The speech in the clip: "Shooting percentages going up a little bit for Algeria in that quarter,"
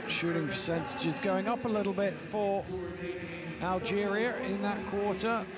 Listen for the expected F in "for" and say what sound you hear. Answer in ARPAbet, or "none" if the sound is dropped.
F